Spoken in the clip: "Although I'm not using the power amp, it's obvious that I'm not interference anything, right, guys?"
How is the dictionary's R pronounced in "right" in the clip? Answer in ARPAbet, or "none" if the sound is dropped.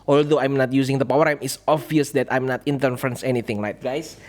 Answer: L